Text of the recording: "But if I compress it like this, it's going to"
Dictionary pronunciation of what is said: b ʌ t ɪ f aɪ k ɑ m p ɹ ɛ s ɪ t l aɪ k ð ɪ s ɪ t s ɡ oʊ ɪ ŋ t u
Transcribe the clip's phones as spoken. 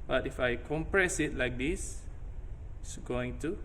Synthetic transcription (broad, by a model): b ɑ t ɪ f aɪ k ɑ m p ɹ ɛ s ɪ t l aɪ k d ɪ s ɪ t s ɡ oʊ ɪ ŋ t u